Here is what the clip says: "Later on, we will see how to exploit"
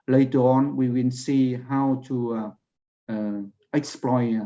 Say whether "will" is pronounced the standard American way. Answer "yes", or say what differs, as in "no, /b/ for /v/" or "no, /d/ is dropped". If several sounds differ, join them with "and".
no, /n/ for /l/